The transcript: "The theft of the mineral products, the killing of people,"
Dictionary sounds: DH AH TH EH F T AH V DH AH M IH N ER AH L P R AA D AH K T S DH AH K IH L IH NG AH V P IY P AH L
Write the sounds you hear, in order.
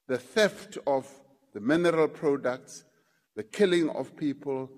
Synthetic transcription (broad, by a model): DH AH TH EH F T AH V DH AH M IH N ER AH L P R AA D AH K T S DH AH K IH L IH NG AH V P IY P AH L